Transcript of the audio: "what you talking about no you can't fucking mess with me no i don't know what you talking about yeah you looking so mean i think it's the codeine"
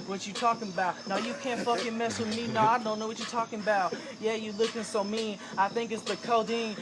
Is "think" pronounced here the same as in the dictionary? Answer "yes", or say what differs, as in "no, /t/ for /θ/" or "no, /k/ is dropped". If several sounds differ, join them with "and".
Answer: yes